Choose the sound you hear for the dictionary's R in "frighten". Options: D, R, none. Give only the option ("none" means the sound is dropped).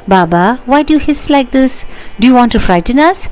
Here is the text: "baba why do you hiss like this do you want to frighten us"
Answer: R